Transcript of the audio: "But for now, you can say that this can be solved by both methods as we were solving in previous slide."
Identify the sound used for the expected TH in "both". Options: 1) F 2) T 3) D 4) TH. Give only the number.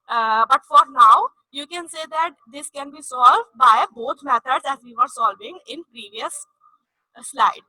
2